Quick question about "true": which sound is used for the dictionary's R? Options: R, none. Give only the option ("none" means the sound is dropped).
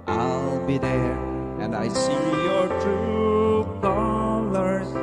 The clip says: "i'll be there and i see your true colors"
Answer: none